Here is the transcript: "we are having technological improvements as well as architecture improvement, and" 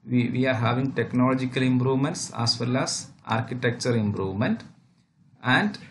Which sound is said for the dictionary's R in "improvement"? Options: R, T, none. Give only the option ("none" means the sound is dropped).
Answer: R